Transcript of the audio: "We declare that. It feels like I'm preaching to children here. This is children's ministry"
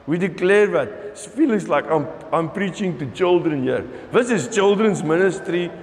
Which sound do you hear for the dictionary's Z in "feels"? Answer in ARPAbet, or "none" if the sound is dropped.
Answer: S